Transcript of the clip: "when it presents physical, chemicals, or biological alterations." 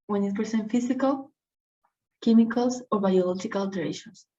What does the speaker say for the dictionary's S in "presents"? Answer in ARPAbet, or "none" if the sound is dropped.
none